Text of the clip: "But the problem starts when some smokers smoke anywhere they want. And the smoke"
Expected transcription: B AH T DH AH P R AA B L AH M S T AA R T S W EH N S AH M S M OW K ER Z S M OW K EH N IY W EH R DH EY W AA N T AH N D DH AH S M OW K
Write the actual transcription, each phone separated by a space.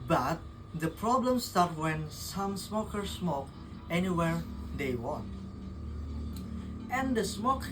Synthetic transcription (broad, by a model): B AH T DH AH P R AA B L AH M S T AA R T W EH N S AH M S M OW K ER S M OW K EH N IY W EH R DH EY W AA N T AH N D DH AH S M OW K